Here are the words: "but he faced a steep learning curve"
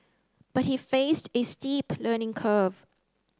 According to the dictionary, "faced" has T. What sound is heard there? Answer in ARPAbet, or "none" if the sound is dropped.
T